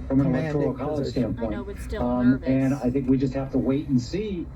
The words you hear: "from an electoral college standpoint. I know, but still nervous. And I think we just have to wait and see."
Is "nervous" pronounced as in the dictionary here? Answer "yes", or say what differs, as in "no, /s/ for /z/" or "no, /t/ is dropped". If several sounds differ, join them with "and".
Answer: no, /s/ is dropped